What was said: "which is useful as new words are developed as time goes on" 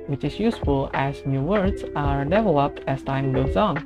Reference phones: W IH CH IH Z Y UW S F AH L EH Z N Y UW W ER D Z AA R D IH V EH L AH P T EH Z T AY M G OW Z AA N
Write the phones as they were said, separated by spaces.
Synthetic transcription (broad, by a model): W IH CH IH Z Y UW S F AH L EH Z N Y UW W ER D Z AA R D IH V EH L AH P T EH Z T AY M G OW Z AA N